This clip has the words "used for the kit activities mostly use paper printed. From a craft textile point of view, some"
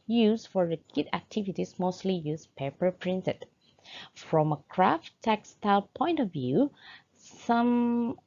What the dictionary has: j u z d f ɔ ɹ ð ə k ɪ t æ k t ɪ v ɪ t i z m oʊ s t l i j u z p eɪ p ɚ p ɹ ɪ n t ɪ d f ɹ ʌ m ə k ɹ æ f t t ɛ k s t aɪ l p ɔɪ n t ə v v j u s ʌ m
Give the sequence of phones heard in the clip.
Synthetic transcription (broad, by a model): j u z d f ɔ ɹ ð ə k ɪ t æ k t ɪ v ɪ t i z m oʊ s t l i j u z p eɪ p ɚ p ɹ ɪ n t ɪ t f ɹ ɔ m ə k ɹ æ f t t ɛ k s t aɪ l p ɔɪ n t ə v v j u s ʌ m